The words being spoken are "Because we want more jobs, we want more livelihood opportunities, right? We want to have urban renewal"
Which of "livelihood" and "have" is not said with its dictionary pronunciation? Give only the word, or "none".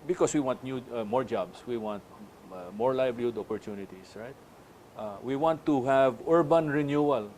livelihood